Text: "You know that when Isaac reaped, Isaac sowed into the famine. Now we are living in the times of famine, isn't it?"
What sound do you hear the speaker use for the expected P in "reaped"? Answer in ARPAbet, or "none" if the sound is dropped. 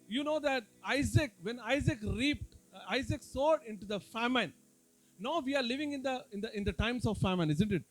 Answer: P